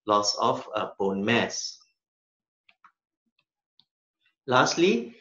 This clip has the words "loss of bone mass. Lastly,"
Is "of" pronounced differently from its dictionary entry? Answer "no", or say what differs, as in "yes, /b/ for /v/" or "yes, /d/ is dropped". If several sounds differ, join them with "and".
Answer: yes, /f/ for /v/